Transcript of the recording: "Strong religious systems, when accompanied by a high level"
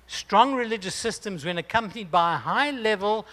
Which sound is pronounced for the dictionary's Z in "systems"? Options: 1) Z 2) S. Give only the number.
1